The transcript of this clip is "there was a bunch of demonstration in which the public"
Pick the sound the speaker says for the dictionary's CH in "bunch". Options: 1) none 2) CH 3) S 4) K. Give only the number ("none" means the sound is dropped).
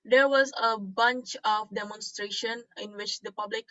2